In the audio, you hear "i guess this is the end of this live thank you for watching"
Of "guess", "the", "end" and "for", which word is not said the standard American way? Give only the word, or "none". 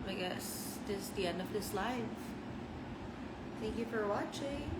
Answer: none